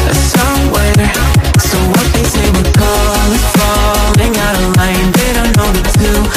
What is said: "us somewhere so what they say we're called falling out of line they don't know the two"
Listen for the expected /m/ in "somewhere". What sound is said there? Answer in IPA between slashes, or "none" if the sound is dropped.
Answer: none